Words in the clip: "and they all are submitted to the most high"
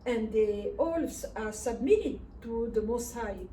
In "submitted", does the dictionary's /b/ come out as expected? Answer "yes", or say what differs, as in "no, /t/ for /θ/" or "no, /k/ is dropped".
yes